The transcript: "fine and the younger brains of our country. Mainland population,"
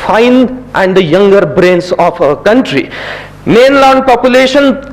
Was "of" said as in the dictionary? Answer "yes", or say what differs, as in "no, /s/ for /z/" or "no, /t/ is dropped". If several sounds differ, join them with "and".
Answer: no, /p/ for /v/